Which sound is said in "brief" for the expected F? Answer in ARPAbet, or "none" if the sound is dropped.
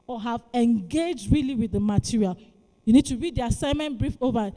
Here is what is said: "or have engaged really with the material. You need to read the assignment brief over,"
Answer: F